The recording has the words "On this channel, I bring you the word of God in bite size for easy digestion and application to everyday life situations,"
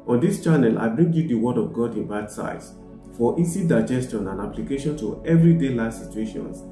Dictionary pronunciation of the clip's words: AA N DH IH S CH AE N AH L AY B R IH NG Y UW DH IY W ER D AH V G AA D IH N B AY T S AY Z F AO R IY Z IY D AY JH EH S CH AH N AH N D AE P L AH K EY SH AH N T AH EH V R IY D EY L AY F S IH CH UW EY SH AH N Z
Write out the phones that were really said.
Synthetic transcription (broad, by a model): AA N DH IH S CH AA N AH L AY B R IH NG Y UW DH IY W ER D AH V G AA D IH N B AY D S AY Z F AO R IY S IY D AY JH EH S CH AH N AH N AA P L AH K EY SH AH N T AH EH V R IY D EY L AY S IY CH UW EY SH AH N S